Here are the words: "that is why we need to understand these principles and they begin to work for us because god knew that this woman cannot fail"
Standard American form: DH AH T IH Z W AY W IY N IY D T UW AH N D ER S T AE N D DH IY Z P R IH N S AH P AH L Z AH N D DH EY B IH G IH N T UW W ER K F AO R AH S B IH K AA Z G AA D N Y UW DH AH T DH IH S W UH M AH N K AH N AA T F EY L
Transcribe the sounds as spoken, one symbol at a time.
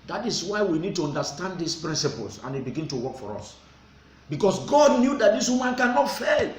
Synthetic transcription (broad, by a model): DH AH T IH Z W AY W IY N IY D T UW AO N D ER S T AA N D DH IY S P R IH N S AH P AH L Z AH N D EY B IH G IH N T UW W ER K F AO R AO S B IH K AA S G AA D N Y UW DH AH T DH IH S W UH M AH N K AH N AA T F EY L